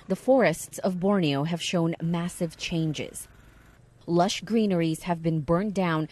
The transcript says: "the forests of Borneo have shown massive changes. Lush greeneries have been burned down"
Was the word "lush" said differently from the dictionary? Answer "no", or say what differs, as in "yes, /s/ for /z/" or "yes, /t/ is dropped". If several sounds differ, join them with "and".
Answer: no